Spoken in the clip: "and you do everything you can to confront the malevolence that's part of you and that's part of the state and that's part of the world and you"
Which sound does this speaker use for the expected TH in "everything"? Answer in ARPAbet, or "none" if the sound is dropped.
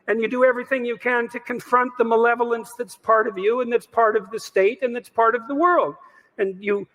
TH